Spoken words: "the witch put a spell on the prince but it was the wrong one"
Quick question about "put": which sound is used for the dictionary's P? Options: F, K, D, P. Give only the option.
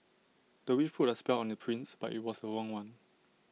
F